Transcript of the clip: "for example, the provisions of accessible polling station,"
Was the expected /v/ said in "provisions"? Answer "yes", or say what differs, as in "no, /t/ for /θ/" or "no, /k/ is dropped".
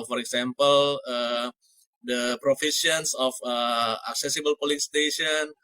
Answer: no, /f/ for /v/